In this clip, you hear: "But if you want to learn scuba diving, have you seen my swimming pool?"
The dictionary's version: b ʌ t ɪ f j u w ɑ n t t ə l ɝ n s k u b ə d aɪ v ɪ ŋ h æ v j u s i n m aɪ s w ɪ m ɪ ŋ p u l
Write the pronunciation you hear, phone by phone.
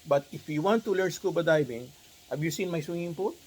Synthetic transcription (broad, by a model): b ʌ t ɪ f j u w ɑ n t t ə l ɝ n s k u b ə d aɪ b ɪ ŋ h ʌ b j u s i n m aɪ s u ɪ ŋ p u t